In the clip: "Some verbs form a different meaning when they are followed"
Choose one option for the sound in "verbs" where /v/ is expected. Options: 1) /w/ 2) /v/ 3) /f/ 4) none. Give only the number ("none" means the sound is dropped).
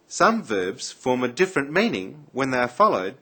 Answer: 2